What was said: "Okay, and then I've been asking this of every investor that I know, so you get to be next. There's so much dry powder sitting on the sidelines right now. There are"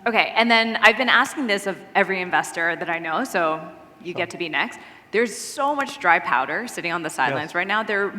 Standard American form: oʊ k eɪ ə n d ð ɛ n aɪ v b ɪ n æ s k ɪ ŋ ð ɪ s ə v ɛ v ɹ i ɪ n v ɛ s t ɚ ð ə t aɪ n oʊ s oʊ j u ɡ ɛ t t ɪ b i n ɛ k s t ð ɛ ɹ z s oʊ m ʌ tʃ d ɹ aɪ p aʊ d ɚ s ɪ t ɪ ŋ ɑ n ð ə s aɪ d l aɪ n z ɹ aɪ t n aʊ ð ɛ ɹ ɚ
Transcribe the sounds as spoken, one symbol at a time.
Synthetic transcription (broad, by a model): oʊ k eɪ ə n ð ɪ n aɪ v b ɪ n æ s k ɪ ŋ ð ɪ s ə v ɛ v ɹ i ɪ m v ɛ s t ɚ ð ə t aɪ n oʊ s oʊ j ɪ ɡ ɛ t t ɪ b i n ɛ k s t ð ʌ ɹ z s oʊ m ʌ tʃ d ɹ aɪ p aʊ d ɚ s ɪ t ɪ ŋ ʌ n ð ə s aɪ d l aɪ n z ɹ aɪ t n aʊ ð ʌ ɹ